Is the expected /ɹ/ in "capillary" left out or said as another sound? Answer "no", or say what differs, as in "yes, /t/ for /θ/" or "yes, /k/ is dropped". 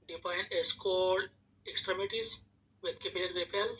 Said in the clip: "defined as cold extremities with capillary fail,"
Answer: yes, /l/ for /ɹ/